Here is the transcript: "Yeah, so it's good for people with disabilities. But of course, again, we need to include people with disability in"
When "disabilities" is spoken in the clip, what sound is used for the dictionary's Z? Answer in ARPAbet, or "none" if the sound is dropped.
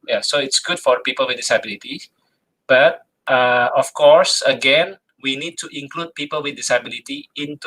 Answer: none